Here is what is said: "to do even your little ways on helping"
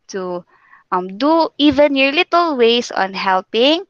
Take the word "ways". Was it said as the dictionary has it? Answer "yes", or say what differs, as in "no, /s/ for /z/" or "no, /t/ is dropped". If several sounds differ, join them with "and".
no, /s/ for /z/